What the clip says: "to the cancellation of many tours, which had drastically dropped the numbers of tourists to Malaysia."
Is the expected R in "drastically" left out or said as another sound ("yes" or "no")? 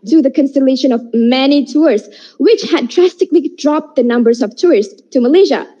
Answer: no